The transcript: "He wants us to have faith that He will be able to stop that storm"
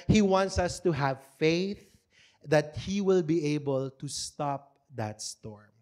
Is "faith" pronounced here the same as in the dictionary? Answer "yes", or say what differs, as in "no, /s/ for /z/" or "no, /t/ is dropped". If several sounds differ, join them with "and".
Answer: yes